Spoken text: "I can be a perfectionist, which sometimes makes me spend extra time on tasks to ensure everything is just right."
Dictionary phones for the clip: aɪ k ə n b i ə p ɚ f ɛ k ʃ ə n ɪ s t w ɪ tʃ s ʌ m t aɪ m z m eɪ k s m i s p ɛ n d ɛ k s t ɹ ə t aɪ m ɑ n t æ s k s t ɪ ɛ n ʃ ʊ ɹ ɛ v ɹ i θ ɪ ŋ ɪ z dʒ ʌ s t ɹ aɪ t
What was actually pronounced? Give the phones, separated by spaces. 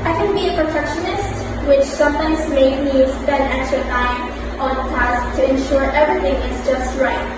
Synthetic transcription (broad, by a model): aɪ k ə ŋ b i ə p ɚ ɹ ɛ k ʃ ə n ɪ s t w ɪ tʃ s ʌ m t aɪ m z m eɪ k m i s p ɛ n d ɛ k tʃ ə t aɪ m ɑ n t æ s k t ɪ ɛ n ʃ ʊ ɹ ɛ v ɹ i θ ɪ ŋ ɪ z dʒ ʌ s t ɹ aɪ t